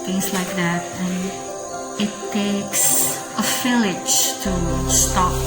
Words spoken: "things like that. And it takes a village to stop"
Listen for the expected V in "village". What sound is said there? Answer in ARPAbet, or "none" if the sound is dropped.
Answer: F